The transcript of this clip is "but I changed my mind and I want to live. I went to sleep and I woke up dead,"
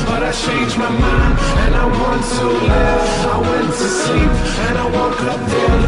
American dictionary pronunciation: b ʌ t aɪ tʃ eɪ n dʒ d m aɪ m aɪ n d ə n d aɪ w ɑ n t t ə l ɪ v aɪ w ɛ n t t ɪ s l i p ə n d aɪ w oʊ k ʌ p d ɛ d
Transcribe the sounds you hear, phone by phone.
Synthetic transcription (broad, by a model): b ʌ t aɪ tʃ eɪ n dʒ m aɪ m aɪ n ə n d aɪ w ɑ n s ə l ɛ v aɪ w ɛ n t t ɪ s l i p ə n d aɪ w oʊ k ʌ p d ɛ